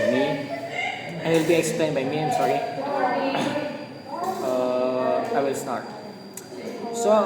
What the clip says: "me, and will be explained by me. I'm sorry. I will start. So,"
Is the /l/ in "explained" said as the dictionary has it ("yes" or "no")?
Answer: yes